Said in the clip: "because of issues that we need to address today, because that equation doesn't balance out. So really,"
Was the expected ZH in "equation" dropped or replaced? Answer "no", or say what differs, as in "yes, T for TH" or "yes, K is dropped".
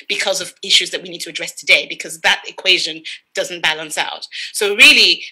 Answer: no